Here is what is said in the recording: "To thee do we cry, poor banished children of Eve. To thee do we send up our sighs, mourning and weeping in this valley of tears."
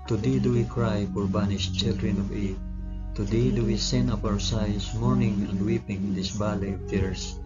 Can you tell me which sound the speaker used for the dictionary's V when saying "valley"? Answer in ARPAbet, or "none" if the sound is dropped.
B